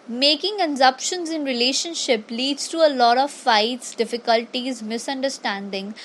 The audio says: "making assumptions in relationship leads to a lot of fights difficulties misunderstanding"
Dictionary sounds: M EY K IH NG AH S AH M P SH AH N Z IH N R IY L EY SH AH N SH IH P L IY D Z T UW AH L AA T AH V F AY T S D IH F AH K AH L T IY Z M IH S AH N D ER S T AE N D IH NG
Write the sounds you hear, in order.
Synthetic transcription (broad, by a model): M EY K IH NG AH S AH P SH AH N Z IH N R IY L EY SH AH N SH IH P L IY D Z T UW AH L AA T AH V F AY T S D IH F AH K AH L T IY Z M IH S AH N D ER S T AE N D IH NG